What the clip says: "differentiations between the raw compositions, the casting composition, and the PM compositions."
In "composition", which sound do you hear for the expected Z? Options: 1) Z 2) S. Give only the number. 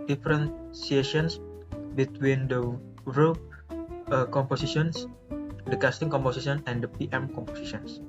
2